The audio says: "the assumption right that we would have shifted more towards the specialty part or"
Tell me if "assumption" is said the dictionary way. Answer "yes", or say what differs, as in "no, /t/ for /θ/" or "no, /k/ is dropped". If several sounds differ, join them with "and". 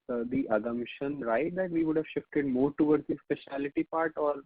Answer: no, /p/ is dropped